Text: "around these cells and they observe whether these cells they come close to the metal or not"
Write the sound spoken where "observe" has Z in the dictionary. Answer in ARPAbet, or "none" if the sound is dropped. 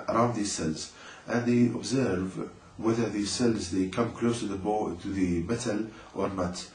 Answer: Z